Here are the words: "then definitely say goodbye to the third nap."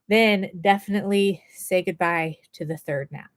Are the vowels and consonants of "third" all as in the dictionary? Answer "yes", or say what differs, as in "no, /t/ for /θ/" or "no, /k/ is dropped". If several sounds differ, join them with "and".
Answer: yes